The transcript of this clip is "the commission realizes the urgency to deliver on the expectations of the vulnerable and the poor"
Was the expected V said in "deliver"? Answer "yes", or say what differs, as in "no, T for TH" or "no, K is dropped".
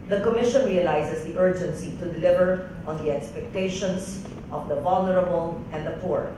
yes